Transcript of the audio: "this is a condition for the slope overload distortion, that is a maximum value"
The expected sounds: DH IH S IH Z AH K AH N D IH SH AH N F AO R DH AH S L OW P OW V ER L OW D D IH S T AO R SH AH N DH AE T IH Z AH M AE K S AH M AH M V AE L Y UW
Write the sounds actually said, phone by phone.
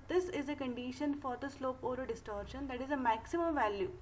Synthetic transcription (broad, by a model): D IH S IH Z AH K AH N D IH SH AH N F AO R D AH S L OW P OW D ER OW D D IH S T AO R SH AH N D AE T IH Z AH M AE K S AH M AH M V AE L Y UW